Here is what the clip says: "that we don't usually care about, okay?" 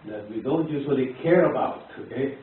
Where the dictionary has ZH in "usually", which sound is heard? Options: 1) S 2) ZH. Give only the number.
1